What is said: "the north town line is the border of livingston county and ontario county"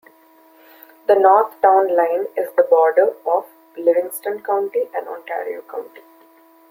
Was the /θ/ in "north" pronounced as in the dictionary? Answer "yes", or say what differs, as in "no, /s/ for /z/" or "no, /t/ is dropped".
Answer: no, /t/ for /θ/